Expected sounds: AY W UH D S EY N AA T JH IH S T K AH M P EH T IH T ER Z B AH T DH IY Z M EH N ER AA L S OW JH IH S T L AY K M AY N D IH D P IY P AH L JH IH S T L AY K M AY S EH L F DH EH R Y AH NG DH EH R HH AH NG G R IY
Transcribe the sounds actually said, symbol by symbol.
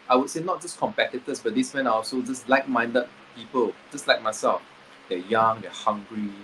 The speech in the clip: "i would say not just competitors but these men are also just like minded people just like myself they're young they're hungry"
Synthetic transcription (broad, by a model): AY W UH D S EY N AA T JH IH S K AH M P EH T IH T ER S B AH T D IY S M EH N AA AA L S OW JH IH S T L AY K M AY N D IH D P IY P AH L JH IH S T L AY K M AY S EH L F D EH Y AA NG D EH HH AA NG G R IY